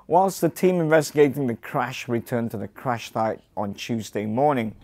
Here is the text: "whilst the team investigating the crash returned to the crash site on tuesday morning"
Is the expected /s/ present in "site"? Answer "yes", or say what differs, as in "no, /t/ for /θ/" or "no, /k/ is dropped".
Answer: no, /θ/ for /s/